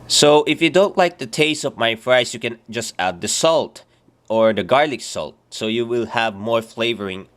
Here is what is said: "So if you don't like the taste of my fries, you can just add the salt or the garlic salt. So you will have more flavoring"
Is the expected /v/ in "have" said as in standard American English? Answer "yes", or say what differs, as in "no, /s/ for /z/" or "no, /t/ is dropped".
yes